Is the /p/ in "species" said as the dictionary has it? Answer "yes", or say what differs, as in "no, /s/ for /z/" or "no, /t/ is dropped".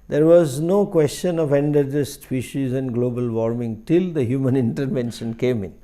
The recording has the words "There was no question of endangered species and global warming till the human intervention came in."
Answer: no, /f/ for /p/